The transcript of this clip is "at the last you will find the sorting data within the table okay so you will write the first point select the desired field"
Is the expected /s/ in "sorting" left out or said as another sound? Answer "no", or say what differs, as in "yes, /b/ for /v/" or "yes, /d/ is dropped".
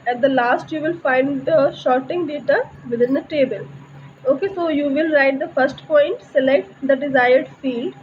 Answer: yes, /ʃ/ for /s/